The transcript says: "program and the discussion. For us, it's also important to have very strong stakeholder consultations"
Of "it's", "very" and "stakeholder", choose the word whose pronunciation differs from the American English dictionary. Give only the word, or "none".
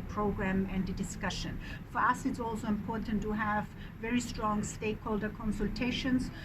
none